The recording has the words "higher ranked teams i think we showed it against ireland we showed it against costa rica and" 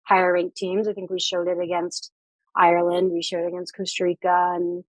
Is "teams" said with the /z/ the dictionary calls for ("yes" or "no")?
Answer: yes